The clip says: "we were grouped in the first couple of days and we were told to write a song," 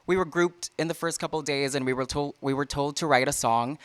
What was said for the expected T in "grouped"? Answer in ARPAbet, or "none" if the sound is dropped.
T